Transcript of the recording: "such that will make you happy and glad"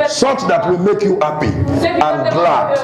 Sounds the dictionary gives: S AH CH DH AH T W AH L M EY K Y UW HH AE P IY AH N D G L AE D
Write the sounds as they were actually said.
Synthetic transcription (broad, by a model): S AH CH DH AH T W AH L M EY K Y UW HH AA P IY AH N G L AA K